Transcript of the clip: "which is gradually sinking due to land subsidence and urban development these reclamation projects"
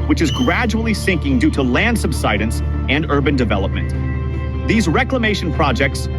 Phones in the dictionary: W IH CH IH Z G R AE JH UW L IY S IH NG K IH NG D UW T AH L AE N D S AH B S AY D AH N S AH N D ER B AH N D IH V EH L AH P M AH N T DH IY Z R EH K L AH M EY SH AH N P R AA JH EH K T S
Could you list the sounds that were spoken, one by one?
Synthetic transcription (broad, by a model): W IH CH IH Z G R AE JH UW L IY S IH NG K IH NG D UW T AH L AE N D S AH B S AY D AH N S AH N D ER B AH N D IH V EH L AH P M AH N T DH IY Z R EH K L AH M EY SH AH N P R AA JH EH K T S